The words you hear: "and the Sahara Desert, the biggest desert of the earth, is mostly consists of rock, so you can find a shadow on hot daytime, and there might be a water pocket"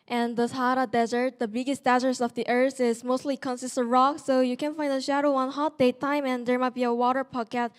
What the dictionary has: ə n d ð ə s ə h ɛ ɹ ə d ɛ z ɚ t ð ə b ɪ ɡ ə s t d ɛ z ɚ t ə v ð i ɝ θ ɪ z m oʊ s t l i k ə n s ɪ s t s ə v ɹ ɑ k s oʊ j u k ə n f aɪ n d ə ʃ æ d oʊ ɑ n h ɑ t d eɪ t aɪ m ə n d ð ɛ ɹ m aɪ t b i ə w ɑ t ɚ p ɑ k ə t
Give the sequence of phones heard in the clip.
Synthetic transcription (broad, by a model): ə n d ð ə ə h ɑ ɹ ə d ɛ z ɚ t ð ə b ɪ ɡ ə s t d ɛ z ɚ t ə v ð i ɝ θ ɪ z m oʊ s t l i k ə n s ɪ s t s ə ɹ ɑ k s oʊ j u k ə n f aɪ n d ə ʃ æ d oʊ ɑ n h ɑ t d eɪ t aɪ m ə n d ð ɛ ɹ m aɪ t b i ə w ɑ t ɚ p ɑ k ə t